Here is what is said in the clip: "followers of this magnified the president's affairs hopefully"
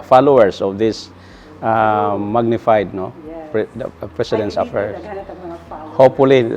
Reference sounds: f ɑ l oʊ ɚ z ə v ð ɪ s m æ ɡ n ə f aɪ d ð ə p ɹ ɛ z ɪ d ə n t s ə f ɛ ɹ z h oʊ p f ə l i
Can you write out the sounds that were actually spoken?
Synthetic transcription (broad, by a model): f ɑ l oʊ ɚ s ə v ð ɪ s m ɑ ɡ n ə f aɪ d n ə p ɹ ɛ s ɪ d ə n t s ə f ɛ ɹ h oʊ p f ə l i